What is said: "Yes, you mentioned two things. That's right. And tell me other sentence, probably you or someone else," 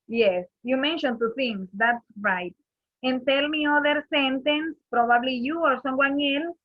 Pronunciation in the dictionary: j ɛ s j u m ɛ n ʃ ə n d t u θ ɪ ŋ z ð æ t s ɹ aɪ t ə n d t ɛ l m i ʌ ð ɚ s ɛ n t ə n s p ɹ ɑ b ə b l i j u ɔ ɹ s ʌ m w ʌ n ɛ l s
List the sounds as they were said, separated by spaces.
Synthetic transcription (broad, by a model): j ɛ s j u m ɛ n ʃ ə n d t u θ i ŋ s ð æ t s ɹ aɪ t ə n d t ɛ l m i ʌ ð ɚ s ɛ n t ə n s p ɹ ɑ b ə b l i j u ɔ ɹ s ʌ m w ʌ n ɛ l s